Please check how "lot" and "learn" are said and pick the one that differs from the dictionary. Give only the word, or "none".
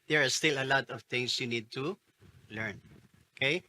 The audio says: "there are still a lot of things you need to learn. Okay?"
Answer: none